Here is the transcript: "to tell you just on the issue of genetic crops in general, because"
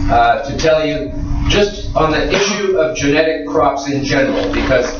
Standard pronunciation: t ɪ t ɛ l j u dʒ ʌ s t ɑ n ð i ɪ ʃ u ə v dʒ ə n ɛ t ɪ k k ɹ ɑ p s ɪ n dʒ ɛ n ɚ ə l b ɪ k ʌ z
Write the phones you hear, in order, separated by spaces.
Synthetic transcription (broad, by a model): t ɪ t ɛ l j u dʒ ʌ s t n ð i ɪ ʃ u ə v dʒ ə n ɛ t ɪ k k ɹ ɑ p s ɪ n dʒ ɛ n ɚ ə l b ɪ k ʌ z